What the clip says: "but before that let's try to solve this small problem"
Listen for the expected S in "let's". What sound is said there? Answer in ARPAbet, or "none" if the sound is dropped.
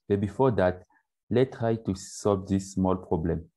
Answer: none